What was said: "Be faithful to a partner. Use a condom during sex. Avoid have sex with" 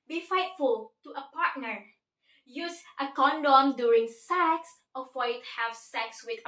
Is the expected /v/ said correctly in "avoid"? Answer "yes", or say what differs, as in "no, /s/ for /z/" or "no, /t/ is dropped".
no, /f/ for /v/